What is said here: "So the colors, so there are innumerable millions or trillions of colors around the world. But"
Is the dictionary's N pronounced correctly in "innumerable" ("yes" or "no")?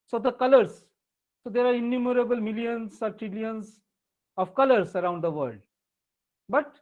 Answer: yes